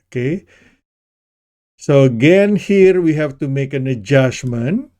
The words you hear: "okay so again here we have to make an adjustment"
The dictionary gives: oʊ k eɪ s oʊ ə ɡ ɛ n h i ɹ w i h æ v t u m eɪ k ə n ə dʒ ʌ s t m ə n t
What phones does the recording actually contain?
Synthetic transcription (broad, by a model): k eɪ s oʊ ə ɡ ɛ n h i ɹ w i h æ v t u m eɪ k ə n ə dʒ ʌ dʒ m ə n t